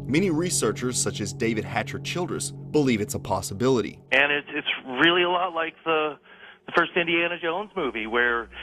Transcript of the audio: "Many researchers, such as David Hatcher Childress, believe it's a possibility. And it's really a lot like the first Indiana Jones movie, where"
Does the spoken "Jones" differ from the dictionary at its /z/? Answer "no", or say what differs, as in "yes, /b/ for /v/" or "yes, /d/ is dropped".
no